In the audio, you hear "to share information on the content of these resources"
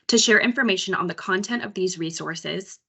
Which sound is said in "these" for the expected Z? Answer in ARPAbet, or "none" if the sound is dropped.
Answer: Z